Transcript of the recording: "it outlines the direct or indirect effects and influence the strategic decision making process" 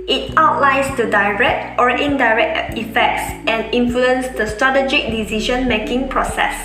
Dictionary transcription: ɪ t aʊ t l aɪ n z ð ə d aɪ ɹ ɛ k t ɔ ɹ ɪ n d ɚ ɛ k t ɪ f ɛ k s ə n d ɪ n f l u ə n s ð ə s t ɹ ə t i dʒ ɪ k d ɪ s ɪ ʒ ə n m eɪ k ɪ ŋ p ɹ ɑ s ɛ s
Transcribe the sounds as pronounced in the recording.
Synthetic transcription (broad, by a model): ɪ t aʊ t l aɪ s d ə d aɪ ɹ ɛ k t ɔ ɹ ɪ n d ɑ ɛ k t ɪ f ɛ k s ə n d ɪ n f l u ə n s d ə s t ɹ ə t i dʒ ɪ k d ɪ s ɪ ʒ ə n m eɪ k ɪ ŋ p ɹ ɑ s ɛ s